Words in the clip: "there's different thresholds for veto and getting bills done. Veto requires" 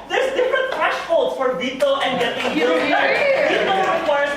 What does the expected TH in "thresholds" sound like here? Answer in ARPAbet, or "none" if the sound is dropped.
F